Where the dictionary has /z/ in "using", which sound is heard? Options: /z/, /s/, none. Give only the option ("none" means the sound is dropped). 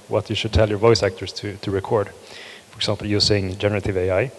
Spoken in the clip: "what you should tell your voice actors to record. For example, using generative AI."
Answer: /s/